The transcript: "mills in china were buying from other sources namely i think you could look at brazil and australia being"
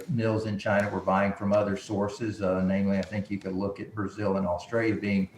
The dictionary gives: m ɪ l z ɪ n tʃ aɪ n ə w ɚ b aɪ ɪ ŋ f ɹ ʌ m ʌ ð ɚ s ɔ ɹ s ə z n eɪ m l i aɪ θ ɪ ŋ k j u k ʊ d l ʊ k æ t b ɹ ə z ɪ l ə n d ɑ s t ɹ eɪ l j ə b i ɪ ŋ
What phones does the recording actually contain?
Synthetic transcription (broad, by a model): m ɪ l z ɪ n tʃ aɪ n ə w ɚ b aɪ ɪ ŋ f ɹ ʌ m ʌ ð ɚ s ɔ ɹ s ə z n eɪ m l i aɪ θ ɪ ŋ k j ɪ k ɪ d l ʊ k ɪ t b ɹ ə z ɪ l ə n ɑ s t ɹ eɪ l j ə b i ɪ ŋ